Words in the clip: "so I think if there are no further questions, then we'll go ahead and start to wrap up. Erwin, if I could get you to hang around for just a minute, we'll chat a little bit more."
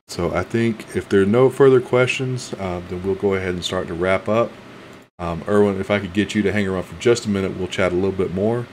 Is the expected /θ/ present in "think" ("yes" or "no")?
yes